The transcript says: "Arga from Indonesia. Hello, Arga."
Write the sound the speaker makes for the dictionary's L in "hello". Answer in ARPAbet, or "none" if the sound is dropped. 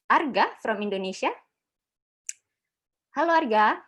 L